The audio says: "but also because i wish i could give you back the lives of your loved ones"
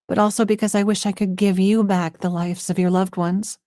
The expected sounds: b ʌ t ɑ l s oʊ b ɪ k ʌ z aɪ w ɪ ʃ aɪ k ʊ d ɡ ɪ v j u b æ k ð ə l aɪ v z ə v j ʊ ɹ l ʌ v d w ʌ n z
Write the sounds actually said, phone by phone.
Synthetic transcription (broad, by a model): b ʌ t ɑ l s oʊ b ɪ k ʌ z aɪ w ɪ ʃ aɪ k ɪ d ɡ ɪ v j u b æ k ð ə l aɪ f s ə v j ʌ ɹ l ʌ v d w ʌ n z